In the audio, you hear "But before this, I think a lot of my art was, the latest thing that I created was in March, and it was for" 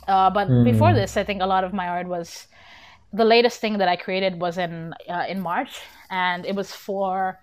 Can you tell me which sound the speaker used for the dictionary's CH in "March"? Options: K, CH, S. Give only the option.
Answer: CH